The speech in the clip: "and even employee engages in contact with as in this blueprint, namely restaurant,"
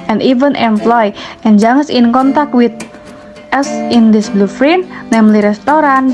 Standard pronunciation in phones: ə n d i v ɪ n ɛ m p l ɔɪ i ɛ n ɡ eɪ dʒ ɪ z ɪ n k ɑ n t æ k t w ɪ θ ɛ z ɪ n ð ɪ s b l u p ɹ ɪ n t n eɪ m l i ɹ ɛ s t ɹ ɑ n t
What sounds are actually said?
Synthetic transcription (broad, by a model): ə n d i v ɪ n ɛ m p l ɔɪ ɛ n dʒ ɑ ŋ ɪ s ɪ n k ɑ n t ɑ k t w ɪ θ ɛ s ɪ n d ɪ s b l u f ɹ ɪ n n eɪ m l i ɹ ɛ s t ɹ ɑ n